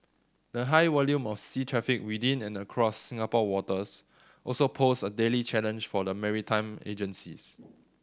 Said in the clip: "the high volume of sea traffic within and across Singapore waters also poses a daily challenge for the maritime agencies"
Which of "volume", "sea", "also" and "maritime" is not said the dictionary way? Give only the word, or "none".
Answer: volume